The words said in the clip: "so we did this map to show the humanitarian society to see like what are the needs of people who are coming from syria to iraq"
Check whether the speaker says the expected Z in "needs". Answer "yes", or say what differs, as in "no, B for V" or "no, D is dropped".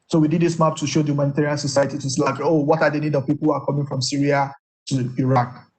no, Z is dropped